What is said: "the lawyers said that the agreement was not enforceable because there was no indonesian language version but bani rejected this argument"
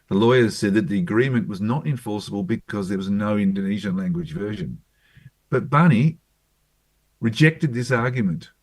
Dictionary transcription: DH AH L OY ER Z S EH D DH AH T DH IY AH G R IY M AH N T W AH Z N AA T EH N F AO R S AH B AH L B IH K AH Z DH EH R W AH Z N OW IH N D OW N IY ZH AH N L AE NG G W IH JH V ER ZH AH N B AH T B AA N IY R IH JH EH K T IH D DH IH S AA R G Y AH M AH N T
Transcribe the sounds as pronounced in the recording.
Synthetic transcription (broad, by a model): DH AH L OY ER Z S EH D DH AH T DH IY AH G R IY M AH N T W AH Z N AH T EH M F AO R S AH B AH L B IH K AH Z DH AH R W AH Z N OW IH N D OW N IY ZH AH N L AE NG G W IH JH V ER ZH AH N B AH T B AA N IY R IH JH EH K T IH D DH IH S AA R G Y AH M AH N T